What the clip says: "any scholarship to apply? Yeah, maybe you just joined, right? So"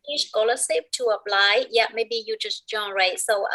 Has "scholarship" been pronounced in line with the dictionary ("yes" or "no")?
no